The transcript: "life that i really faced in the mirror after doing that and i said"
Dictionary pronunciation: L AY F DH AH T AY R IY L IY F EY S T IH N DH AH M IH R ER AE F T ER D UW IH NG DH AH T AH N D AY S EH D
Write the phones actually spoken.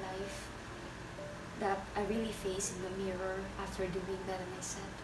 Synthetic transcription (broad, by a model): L AY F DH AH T AY R IY L IY F EY S IH N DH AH M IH R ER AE F T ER D UW IH NG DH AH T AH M AY S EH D